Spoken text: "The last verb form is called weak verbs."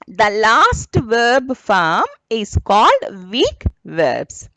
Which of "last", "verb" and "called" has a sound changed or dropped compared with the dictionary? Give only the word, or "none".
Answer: none